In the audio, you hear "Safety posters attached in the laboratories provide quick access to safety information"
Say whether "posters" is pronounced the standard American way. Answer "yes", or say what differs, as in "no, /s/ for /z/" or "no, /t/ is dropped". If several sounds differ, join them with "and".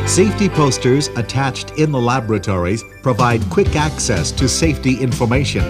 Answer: yes